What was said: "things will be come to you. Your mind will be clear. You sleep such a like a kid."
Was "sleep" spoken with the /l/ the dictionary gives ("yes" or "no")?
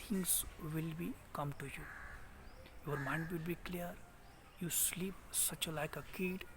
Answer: yes